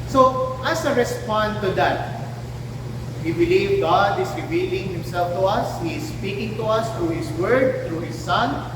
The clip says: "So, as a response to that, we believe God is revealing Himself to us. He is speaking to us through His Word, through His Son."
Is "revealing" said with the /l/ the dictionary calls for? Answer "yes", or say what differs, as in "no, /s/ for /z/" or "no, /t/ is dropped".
yes